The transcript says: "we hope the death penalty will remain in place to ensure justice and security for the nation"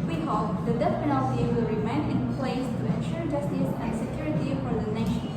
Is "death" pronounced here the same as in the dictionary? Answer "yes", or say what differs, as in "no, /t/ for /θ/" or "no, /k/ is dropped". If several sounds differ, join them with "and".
no, /s/ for /θ/